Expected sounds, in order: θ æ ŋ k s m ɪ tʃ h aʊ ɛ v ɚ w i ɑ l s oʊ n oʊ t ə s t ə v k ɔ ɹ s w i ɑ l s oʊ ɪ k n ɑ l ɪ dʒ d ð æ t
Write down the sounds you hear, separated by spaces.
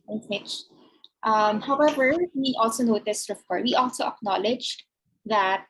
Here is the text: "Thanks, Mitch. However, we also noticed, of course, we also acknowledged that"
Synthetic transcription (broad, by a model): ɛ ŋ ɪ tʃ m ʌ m h aʊ ɛ v ɚ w i ɑ l s oʊ n oʊ t ə s t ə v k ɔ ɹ w i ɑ l s oʊ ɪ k n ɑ l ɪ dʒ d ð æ t